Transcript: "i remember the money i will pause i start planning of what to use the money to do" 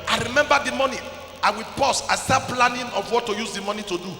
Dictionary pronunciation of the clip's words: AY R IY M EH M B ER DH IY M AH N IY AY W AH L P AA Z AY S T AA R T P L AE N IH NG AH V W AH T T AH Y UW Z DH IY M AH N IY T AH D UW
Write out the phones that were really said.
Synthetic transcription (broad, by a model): AY R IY M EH M B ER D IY M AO N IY AY W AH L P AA S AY S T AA P L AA N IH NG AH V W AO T T AH Y UW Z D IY M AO N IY T AH D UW